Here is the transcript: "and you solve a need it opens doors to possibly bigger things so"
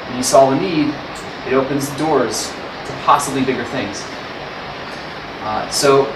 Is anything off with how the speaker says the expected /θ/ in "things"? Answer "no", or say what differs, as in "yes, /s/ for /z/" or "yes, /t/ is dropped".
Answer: no